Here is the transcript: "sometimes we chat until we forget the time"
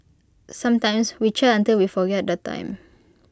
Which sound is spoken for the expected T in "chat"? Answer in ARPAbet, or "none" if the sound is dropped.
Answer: none